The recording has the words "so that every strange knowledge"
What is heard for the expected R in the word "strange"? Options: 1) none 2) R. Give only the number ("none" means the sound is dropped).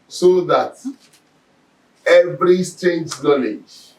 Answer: 1